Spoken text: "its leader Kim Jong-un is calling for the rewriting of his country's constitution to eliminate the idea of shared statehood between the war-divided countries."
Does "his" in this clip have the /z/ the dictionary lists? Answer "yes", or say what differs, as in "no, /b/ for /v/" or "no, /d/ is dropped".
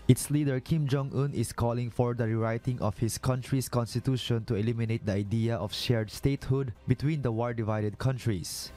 no, /s/ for /z/